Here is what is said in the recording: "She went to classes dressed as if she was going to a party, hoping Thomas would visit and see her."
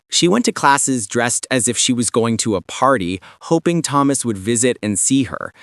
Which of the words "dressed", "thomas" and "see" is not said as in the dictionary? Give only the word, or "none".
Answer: none